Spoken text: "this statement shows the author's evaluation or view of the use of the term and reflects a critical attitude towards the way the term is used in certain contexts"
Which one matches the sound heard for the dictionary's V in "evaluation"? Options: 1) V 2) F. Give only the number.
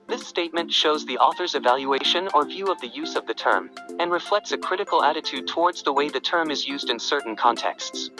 1